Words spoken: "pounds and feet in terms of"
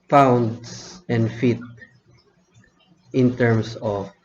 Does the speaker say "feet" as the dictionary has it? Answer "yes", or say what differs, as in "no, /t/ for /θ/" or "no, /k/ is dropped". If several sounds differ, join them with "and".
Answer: yes